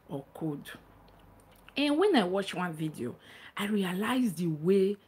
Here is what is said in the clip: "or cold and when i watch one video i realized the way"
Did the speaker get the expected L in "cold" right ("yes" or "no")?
no